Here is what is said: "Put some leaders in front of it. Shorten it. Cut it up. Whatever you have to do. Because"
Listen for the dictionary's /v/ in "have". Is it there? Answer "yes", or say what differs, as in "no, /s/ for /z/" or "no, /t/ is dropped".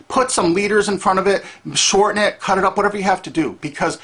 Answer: no, /f/ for /v/